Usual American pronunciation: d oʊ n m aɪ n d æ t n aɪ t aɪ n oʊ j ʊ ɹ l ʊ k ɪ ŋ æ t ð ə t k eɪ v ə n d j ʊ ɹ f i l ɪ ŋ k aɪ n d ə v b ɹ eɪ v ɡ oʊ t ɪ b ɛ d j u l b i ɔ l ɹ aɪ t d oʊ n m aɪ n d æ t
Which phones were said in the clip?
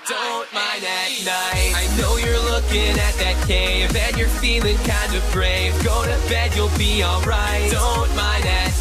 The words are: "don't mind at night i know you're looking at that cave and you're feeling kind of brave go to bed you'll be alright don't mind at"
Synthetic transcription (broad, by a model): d oʊ n m aɪ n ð æ t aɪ aɪ n oʊ j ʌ ɹ l ʊ k ɪ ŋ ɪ t ð ə t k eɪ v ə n j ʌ ɹ f i l ɪ ŋ k aɪ n d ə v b ɹ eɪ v ɡ oʊ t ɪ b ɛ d j u l b i ɔ l ɹ aɪ t d oʊ n m aɪ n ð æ t